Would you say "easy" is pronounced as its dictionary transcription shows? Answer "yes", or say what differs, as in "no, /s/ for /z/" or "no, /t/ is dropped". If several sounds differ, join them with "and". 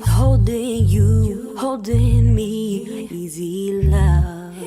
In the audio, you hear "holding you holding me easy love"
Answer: yes